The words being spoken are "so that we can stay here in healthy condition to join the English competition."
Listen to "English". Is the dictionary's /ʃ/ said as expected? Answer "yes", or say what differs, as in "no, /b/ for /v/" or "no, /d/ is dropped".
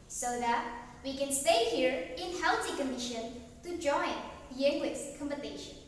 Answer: no, /s/ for /ʃ/